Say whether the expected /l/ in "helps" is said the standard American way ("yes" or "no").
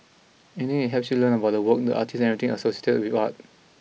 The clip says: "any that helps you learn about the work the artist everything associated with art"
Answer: no